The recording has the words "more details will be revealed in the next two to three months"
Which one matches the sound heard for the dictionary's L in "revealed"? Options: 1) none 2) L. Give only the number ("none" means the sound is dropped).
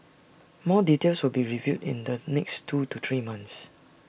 1